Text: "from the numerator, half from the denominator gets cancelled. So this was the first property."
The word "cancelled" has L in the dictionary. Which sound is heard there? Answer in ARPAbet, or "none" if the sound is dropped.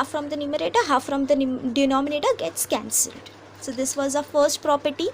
L